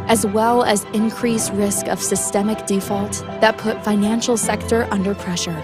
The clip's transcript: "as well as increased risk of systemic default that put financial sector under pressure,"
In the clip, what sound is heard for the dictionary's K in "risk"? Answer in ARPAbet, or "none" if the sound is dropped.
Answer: K